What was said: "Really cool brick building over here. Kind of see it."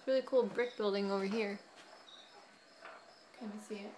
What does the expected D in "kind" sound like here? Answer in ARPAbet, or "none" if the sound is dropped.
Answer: none